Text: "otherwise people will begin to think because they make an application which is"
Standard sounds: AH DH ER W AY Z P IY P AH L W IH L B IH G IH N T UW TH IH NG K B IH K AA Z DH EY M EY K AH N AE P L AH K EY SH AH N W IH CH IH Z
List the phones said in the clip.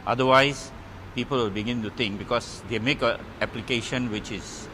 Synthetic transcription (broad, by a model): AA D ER W AY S P IY P AH L W IH L B IH G IH N T UW T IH NG K B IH K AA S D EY M EY K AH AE P L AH K EY SH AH N W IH CH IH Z